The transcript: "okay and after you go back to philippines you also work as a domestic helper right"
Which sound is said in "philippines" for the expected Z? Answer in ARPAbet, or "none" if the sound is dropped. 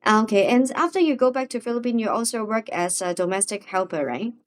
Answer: none